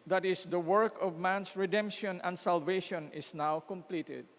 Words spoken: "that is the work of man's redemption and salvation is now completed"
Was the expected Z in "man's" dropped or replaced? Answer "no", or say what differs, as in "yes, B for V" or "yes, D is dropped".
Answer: yes, S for Z